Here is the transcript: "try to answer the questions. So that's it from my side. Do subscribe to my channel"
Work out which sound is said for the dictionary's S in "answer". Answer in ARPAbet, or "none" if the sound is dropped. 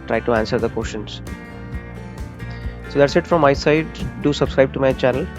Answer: S